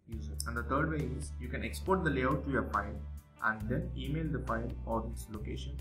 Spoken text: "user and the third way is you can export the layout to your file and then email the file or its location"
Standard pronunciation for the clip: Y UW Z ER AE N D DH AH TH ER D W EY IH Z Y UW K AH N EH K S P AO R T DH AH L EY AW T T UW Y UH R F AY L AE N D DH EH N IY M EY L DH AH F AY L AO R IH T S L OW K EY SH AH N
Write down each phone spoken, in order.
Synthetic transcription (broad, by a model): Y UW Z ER AE N D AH T ER D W EY IH Z Y UW K AH N EH K S P AO R T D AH L EY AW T T UW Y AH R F AY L AE N D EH N IY M EY L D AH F AY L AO R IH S L OW K EY SH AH N